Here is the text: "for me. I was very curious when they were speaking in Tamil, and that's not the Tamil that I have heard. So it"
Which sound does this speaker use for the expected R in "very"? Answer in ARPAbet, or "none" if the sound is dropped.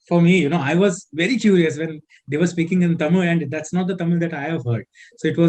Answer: R